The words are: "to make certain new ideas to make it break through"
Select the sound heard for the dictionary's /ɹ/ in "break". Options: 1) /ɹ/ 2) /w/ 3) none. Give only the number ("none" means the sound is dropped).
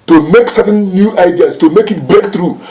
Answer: 3